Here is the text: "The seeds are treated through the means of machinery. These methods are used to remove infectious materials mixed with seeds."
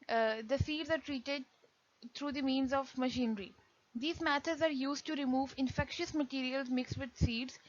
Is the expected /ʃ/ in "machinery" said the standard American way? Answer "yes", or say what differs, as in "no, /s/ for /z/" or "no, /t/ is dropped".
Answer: yes